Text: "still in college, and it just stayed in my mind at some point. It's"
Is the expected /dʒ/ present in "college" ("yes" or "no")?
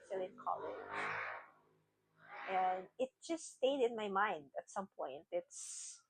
no